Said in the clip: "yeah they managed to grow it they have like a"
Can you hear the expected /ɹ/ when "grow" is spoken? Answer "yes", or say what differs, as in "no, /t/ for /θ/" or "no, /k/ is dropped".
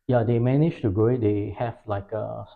no, /ɹ/ is dropped